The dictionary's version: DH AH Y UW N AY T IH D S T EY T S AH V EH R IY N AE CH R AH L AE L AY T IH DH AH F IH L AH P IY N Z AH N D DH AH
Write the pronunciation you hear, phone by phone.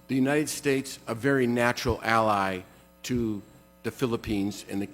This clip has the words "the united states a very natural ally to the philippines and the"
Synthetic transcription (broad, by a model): DH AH Y UW N AY T IH D S T EY T S AH V EH R IY N AE CH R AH L AE L AY T IH DH AH F IH L AH P IY N Z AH N DH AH